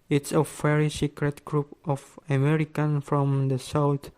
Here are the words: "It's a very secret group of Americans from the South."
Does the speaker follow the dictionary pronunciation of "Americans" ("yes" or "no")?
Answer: no